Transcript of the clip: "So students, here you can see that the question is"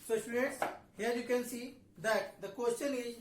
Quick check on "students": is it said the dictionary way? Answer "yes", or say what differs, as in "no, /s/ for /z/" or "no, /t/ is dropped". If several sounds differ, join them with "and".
no, /n/ is dropped